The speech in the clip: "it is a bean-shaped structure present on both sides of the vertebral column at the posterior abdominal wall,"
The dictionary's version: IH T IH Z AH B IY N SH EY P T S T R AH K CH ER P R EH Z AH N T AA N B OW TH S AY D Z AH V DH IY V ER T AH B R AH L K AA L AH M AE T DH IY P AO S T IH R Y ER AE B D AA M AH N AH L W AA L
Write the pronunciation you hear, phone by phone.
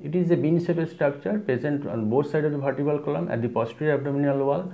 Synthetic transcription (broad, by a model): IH T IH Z AH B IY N S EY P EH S T R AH K CH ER P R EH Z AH N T AA N B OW T S AY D AH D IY B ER T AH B AH L K AA L AH M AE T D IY P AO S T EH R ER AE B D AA M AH N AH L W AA L